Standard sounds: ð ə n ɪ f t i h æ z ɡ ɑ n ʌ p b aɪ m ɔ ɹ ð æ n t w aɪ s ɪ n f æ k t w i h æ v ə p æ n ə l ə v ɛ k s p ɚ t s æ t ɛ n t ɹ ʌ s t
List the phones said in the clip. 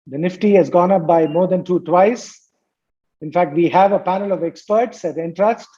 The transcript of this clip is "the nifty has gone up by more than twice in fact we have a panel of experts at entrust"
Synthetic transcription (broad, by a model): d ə n ɪ f t i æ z ɡ ɑ n ʌ p b aɪ m ɔ ɹ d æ n t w aɪ s ɪ n f æ k t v i h æ v ə p æ n ə l ə v ɛ k s p ɚ t s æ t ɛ n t ɹ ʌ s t